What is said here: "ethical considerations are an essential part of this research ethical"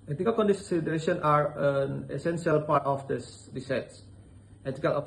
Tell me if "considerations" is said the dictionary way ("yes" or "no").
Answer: no